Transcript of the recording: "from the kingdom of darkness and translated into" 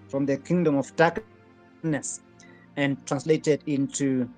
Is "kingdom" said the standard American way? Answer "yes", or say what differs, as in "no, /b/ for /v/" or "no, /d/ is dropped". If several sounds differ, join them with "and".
yes